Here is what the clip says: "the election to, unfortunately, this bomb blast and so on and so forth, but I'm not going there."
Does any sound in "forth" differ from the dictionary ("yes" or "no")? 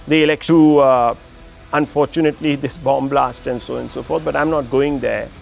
yes